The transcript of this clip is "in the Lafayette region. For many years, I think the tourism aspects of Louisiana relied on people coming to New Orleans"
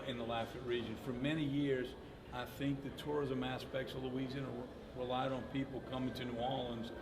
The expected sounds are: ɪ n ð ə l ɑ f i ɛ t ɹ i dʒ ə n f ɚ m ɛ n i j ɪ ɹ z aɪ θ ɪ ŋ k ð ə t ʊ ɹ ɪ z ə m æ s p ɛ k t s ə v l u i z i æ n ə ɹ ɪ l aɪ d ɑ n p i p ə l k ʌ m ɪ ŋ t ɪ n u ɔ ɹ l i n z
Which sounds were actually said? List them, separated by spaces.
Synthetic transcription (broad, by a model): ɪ n ð ə l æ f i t ɹ i dʒ ə n f ɚ m ɛ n i j ɪ ɹ z aɪ θ ɪ ŋ k ð ə t ʊ ɹ ɪ z ə m æ s p ɛ k t s ə v l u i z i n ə ɹ ɪ l aɪ d n p i p l k ʌ m ɪ ŋ t ɪ n u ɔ l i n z